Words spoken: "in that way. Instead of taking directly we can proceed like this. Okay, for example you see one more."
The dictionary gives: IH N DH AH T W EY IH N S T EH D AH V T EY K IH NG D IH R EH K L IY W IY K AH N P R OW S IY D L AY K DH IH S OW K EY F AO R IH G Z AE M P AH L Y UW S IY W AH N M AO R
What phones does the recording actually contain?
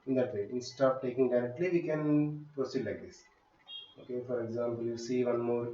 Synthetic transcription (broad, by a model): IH N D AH T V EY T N S T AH P T EY K IH NG D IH R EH K L IY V IY K AH N P R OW S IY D L AY K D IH S OW K EY F AO R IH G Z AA M P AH L Y UW S IY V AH N M AO R